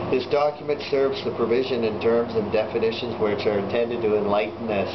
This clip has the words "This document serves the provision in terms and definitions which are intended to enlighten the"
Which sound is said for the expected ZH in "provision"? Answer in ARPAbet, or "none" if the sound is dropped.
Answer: ZH